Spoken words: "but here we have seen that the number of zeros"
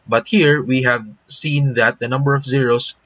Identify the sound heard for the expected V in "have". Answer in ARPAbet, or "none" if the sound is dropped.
V